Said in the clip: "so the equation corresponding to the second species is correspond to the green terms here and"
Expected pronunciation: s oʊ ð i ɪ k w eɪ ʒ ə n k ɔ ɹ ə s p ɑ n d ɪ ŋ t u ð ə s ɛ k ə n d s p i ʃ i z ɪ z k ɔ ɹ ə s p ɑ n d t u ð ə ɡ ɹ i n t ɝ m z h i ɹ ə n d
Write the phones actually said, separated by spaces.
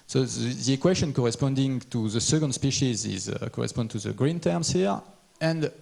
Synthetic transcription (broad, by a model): s oʊ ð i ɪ k w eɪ ʃ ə n k ɔ ɹ ə s p ɑ n d ɪ ŋ t u ð ə s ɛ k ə n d s p i ʃ i z ɪ z k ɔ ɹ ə s p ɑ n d t u ð ə ɡ ɹ i n t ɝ m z h i ɹ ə n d